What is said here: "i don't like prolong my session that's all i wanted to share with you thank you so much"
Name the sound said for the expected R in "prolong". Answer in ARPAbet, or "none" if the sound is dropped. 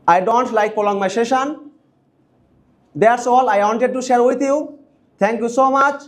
none